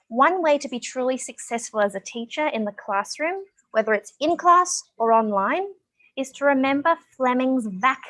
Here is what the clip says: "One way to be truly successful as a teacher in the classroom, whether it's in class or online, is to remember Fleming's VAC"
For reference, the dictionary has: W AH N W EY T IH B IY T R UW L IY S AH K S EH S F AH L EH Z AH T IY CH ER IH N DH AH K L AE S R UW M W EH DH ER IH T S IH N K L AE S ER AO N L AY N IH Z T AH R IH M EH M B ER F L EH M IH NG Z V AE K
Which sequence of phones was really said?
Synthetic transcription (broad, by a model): W AH N W EY T IH B IY T R UW L IY S AH K S EH S F AH L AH Z AH T IY CH ER IH N DH AH K L AE S R UW M W EH DH ER IH T S IH N K L AE S ER AO N L AY N IH Z T AH R IH M EH M B ER F L EH M IH NG Z V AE K